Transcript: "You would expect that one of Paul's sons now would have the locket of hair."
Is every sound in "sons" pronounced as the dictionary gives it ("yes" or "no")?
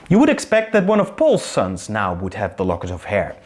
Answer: yes